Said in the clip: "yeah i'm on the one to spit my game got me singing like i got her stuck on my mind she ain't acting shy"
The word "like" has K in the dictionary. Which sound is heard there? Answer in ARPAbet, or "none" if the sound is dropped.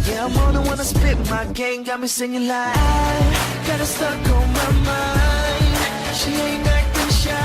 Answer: none